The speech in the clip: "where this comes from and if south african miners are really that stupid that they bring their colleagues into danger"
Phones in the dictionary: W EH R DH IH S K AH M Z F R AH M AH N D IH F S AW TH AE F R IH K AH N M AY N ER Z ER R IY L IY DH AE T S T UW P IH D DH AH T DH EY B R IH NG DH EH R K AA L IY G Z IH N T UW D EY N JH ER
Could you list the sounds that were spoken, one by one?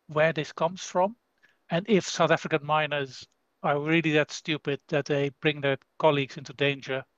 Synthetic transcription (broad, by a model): W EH R DH IH S K AH M Z F R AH M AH N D IH F S AW TH AE F R IH K AH N M AY N ER Z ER R IY L IY DH AE T S T UW P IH D DH AH T DH EY B R IH NG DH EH R K AA L IY G Z IH N T UW D EY N JH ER